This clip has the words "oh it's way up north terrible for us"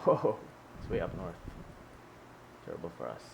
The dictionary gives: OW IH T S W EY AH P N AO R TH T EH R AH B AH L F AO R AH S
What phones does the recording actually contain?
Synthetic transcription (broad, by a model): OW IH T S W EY AH P N AO R TH T EH R AH B AH L F AO R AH S